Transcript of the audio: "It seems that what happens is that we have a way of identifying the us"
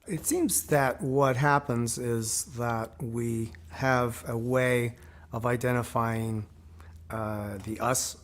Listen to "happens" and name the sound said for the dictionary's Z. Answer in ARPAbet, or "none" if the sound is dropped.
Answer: Z